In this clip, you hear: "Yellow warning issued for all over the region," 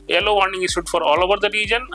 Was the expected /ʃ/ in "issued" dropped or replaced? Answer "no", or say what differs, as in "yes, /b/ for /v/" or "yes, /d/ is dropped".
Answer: yes, /s/ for /ʃ/